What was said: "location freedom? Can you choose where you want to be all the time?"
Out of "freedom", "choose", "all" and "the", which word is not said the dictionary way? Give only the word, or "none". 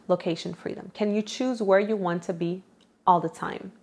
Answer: none